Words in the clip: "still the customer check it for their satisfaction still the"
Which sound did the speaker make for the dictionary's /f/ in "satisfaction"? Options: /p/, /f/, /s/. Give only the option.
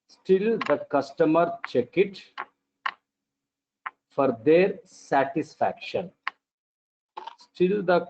/f/